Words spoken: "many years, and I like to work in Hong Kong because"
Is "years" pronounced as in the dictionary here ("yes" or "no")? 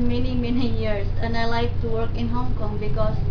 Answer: no